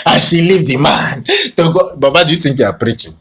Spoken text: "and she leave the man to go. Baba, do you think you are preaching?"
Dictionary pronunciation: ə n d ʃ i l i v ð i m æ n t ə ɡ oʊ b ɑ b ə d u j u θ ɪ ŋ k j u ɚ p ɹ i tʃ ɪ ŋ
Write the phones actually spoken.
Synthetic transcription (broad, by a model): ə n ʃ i l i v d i m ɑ n t ə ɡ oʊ b ɑ b ə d j u t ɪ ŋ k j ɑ p ɹ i tʃ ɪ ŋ